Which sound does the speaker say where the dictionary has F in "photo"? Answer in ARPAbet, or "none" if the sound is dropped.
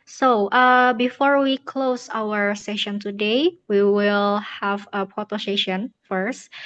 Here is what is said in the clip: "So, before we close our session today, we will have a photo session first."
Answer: P